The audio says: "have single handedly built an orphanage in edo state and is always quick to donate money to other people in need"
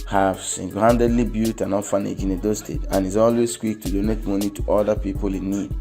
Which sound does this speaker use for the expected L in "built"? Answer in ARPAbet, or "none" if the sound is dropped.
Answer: none